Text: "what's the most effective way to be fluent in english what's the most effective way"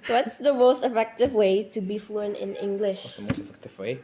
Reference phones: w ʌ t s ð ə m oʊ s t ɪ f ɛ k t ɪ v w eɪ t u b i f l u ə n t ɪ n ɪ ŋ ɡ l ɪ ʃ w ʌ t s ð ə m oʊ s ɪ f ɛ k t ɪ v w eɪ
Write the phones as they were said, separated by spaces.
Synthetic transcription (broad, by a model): w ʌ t s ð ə m oʊ s t ɪ f ɛ k t ɪ v w eɪ t u b i f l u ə n ɪ n ɪ ŋ ɡ l ɪ ʃ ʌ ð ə m oʊ s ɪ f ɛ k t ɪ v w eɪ